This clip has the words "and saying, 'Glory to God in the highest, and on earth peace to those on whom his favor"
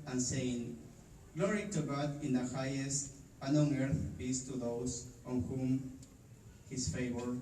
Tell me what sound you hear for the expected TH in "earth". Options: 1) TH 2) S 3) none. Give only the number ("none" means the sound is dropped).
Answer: 1